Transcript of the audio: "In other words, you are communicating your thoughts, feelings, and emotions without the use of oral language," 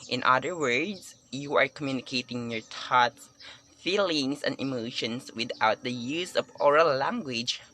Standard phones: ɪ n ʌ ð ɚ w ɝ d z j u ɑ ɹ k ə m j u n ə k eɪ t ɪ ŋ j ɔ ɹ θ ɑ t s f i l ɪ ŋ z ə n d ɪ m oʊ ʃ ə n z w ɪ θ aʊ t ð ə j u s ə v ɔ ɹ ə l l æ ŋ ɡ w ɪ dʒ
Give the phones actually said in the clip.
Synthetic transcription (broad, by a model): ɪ n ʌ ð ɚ w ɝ d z j u ɑ ɹ k ə m j u n ə k eɪ t ɪ ŋ j ɔ ɹ t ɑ t s f i l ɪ ŋ s ə n d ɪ m oʊ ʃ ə n s w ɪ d aʊ t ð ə j u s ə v ɔ ɹ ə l l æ ŋ ɡ w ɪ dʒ